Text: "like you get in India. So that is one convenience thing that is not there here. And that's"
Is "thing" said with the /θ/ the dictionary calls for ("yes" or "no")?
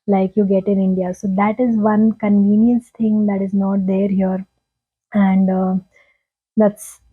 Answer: no